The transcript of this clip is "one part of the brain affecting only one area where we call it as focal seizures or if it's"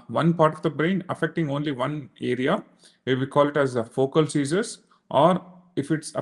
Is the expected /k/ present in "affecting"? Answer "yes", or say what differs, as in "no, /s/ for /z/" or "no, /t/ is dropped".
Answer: yes